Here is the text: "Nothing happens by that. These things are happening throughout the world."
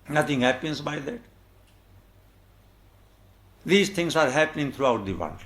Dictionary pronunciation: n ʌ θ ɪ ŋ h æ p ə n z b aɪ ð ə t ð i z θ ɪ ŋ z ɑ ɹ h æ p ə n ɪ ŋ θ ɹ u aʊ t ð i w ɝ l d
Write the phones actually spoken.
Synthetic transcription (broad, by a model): n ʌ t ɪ ŋ h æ p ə n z b aɪ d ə t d i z t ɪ ŋ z ɑ ɹ h æ p ə n ɪ ŋ t ɹ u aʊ t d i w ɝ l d